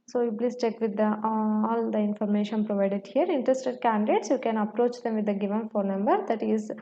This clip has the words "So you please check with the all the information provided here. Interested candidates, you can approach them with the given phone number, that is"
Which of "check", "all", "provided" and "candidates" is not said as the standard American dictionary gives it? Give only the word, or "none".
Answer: none